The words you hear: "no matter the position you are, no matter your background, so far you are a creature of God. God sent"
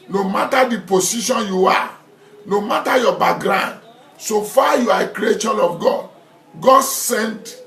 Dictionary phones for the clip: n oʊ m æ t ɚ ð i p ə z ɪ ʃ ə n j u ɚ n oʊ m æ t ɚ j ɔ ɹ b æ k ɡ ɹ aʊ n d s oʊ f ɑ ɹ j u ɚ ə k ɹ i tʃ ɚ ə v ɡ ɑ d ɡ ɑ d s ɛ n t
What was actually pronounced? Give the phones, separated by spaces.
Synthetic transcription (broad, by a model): n oʊ m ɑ t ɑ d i p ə s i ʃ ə n j u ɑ n oʊ m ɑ t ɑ j ɔ b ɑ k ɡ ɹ aʊ n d s oʊ f ɑ j u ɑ ə k ɹ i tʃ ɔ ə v ɡ ɑ d ɡ ɑ d s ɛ n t